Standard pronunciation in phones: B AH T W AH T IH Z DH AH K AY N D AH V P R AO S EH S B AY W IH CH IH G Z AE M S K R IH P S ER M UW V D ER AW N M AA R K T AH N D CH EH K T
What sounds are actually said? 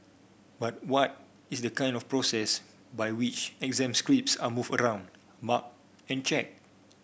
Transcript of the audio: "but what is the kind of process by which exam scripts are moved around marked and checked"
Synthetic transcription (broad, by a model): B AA T W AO T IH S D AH K AY N D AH F P R AO S EH S B AY W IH CH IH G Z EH M S K R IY P S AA M UW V ER AW N M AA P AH N CH EH K